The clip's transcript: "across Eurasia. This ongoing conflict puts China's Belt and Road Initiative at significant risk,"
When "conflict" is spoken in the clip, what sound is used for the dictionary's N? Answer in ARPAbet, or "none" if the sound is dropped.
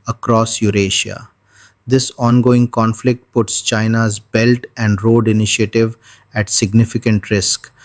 N